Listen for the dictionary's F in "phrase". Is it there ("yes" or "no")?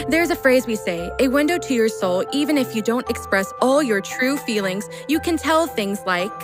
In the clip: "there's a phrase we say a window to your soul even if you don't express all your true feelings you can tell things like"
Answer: yes